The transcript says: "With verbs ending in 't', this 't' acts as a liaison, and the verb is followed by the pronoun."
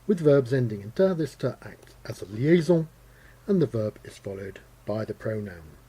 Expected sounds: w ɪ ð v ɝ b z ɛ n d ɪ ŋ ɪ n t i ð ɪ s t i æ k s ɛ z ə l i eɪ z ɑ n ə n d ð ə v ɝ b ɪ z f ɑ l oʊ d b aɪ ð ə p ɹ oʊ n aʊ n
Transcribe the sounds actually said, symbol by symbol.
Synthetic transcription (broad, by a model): w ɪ ð v ɝ b z ɛ n d ɪ ŋ ɪ n t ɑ ð ɪ s t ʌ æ k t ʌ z ə l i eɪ z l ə n ð ə v ɝ b ɪ z f ɑ l oʊ d b aɪ ð ə p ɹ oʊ n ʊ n